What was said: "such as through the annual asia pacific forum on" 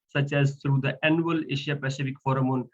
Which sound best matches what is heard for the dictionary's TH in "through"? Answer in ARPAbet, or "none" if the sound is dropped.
T